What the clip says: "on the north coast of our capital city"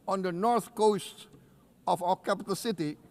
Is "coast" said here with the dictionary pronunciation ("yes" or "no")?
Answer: yes